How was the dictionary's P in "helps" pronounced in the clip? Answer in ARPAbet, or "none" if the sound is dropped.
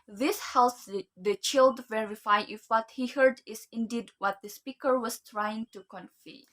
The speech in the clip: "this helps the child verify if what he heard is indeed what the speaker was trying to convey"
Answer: none